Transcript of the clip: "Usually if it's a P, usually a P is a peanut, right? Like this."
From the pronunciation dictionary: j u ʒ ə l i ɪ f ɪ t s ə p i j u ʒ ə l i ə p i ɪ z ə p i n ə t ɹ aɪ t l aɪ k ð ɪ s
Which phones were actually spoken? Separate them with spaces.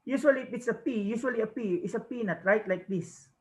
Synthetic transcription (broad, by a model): j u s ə l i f ɪ t s ə p i j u s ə l i ə p i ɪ s ə p i n ə t ɹ aɪ t l aɪ k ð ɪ s